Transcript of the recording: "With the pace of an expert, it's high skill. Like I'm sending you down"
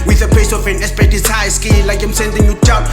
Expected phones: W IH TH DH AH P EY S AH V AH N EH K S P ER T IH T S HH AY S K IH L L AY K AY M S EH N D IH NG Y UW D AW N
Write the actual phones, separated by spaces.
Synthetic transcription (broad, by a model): W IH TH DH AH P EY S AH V AH N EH S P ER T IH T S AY S K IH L L AY K AY M S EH N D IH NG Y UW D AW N